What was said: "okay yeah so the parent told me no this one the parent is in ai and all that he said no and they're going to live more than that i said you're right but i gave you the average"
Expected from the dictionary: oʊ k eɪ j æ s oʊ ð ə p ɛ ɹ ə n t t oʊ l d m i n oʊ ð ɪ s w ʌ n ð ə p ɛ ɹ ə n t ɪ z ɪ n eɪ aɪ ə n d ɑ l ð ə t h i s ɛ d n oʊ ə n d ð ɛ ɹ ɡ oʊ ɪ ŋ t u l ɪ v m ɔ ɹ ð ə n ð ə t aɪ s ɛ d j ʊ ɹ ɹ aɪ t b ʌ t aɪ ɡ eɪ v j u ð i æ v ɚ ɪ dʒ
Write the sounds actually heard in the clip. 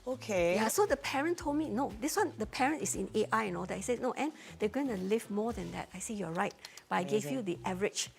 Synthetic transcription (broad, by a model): oʊ k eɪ j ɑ s oʊ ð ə p ɛ ɹ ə n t t oʊ l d m i n oʊ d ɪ s w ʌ n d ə p ɛ ɹ ə n t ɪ s ɪ n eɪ aɪ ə n ɑ l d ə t h i s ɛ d n oʊ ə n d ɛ ɡ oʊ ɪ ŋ t u l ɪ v m ɔ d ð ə n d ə t aɪ s ɛ j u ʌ ɹ aɪ t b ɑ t aɪ ɡ eɪ v j u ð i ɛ v ɚ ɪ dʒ